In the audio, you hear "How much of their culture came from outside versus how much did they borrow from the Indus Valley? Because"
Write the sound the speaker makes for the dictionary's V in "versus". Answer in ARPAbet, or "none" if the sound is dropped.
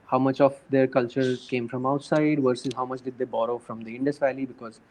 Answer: V